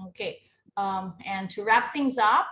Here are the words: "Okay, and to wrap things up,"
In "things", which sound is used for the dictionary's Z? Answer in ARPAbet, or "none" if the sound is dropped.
Z